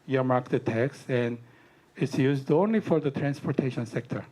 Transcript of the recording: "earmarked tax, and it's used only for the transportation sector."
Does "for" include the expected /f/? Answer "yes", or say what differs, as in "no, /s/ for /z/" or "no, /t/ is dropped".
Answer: yes